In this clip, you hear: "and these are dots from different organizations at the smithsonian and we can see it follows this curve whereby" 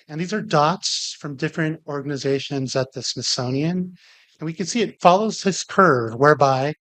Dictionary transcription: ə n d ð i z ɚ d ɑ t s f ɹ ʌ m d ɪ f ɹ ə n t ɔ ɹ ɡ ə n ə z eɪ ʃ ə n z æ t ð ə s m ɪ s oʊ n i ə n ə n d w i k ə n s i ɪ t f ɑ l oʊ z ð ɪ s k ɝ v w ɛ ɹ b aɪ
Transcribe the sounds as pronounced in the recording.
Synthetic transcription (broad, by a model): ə n ð i z ɚ d ɑ t s f ɹ ʌ m d ɪ f ɹ ə n t ɔ ɹ ɡ ə n ə z eɪ ʃ ə n z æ t ð ə s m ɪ s oʊ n i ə n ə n w i k ə n s i ɪ t f ɑ l oʊ z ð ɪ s k ɝ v w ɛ ɹ b aɪ